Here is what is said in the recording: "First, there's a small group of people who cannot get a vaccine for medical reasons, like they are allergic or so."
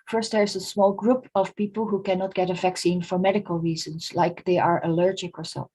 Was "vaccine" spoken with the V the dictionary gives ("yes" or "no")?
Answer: yes